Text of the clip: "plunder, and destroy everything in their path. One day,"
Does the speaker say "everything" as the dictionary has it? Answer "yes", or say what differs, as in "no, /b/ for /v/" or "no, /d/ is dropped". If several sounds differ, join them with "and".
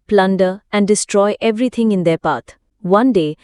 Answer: no, /t/ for /θ/